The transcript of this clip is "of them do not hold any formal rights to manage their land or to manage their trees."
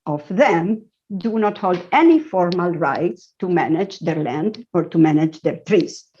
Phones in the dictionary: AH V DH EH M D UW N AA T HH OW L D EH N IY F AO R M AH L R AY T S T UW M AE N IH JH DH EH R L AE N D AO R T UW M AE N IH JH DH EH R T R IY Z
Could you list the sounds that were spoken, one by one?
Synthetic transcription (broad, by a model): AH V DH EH M D UW N AA T HH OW L D EH N IY F AO R M AH L R AY T S T UW M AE N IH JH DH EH R L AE N D AO R T UW M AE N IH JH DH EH R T R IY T